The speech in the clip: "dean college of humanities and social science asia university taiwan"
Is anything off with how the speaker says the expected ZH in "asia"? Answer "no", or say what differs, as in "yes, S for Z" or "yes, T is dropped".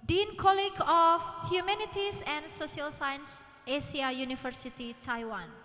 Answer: yes, S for ZH